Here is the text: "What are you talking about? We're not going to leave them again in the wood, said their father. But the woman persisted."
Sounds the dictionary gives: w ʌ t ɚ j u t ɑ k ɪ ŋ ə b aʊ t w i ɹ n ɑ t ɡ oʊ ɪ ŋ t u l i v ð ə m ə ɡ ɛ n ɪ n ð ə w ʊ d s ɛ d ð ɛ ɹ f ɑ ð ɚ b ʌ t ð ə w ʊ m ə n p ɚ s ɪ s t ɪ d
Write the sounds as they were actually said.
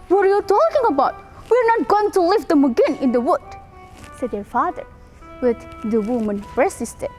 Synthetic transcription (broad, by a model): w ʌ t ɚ j u t ɑ k ɪ ŋ ə b aʊ t w i ɹ n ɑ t ɡ oʊ ɪ ŋ t u l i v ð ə m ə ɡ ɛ n ɪ n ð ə w ʊ d s ɛ d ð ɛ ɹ f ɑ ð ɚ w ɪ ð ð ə w ʊ m ə n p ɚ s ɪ s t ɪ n